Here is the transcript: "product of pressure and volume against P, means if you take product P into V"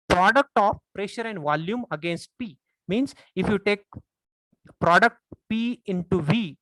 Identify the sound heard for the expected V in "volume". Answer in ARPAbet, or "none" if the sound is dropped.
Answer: V